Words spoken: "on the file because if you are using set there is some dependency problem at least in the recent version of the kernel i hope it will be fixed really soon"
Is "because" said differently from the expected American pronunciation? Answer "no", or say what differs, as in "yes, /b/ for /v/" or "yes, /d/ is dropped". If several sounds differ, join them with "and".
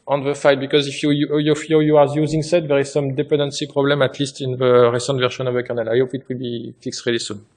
no